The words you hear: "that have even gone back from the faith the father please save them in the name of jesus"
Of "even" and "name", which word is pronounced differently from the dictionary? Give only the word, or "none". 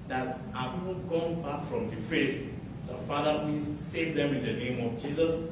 even